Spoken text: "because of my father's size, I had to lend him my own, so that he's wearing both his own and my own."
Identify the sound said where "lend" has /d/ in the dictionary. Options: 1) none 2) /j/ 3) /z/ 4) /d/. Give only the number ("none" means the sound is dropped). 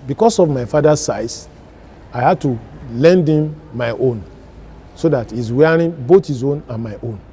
4